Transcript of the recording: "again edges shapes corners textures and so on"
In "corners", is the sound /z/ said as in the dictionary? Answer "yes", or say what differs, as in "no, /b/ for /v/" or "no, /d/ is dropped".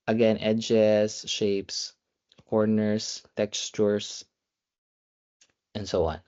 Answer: no, /s/ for /z/